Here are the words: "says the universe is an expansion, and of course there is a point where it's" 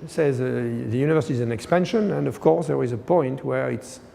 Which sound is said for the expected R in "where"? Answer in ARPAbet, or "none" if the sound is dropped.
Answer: R